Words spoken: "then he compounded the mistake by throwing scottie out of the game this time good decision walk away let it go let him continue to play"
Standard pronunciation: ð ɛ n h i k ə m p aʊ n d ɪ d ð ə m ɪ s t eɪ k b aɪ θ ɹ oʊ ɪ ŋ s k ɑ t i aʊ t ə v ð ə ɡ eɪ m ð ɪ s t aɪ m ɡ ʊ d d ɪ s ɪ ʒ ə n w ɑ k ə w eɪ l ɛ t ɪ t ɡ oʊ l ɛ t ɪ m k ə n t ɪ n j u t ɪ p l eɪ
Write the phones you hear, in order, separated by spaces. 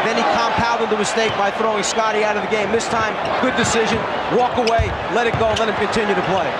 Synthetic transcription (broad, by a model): ð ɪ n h i k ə m p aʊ l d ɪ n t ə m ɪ s t eɪ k b aɪ θ ɹ oʊ ɪ ŋ s k ɑ t i aʊ t ə v ð ə ɡ eɪ m ð ɪ s t aɪ m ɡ ʊ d d ɪ s ɪ ʒ ə n w ɑ k ə w eɪ l ɛ t ɪ t ɡ oʊ l ɛ t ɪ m k ə n t ɪ n j u t ɪ p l eɪ